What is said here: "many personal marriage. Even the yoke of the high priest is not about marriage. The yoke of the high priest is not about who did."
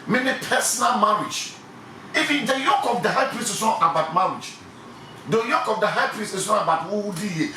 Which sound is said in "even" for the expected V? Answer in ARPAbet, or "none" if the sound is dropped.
F